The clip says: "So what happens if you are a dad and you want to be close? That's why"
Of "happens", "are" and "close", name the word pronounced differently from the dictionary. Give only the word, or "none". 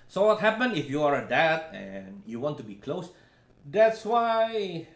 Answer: happens